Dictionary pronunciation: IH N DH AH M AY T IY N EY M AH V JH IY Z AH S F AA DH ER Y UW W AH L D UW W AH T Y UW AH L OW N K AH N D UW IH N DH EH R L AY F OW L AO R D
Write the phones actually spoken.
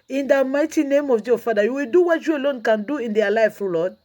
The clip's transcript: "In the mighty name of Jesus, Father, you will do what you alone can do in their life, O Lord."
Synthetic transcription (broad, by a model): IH N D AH M AY T IY N EY M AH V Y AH F AA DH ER Y UW W AH L D UW W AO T Y UW AH L OW N K AH N D UW IH N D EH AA L AY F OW L AO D